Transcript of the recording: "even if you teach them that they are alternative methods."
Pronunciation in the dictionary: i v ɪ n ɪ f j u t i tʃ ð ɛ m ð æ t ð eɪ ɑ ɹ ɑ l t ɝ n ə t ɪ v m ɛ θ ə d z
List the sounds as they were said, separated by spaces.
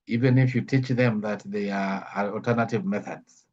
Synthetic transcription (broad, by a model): i v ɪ n ɪ f j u t i tʃ ð ɛ m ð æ t ð eɪ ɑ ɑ ɑ l t ɝ n ə t ɪ v m ɛ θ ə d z